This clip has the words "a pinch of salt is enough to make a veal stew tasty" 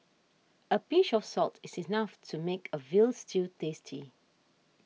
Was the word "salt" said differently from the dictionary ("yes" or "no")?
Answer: no